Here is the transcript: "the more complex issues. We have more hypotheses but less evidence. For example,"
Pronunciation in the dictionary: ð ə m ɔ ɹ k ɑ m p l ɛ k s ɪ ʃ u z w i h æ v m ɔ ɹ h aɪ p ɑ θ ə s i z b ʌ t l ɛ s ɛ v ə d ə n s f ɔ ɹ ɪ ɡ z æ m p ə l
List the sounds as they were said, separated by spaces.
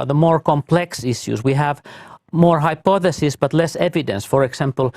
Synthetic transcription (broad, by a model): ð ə m ɔ ɹ k ɑ m p l ɛ k s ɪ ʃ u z w i h æ v m ɔ ɹ h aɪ p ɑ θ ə s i s b ʌ t l ɛ s ɛ v ə d ə n s f ɔ ɹ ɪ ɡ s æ m p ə l